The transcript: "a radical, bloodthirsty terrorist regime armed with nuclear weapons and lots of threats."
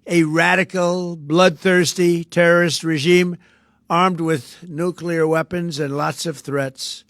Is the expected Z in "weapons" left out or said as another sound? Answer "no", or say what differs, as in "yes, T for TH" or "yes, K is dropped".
no